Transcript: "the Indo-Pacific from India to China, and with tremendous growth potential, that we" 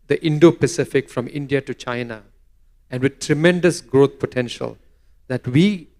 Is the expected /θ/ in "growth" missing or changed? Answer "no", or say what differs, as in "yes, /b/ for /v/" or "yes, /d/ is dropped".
yes, /t/ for /θ/